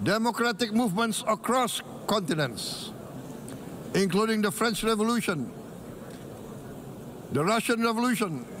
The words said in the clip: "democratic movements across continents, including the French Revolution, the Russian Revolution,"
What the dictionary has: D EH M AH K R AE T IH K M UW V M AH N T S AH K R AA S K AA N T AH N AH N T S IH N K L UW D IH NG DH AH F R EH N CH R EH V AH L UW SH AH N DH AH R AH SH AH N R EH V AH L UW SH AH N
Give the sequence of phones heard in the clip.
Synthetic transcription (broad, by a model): D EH M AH K R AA T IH K M UW V M AH N T S AH K R AA S K AA N T AH N AH N T S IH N K L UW D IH NG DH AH F R EH N CH R EH V AH L UW SH AH N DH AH R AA SH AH N R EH V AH L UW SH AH N